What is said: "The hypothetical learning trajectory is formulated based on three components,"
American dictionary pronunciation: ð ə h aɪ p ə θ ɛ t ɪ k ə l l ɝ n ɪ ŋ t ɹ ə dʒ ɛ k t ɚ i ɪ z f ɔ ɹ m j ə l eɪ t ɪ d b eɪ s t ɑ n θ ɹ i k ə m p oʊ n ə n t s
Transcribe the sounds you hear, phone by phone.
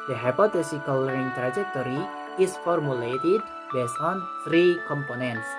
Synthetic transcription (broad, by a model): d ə h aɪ p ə t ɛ s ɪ k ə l l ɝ ɪ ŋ t ɹ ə dʒ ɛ k t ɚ i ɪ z f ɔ ɹ m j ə l eɪ t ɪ d b eɪ s t ɑ n t ɹ i k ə m p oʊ n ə n t s